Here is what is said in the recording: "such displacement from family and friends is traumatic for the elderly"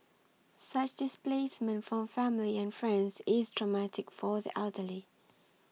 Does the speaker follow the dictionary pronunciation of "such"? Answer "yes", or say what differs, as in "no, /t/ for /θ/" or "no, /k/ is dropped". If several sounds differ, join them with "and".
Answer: yes